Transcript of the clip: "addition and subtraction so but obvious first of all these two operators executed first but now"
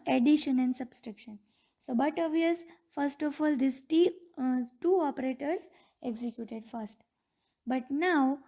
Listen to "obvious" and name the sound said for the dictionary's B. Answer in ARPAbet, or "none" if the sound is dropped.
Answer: none